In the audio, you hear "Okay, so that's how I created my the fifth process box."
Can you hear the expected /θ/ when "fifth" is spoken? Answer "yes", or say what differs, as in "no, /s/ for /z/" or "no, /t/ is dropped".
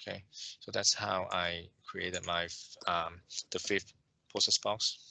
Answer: no, /f/ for /θ/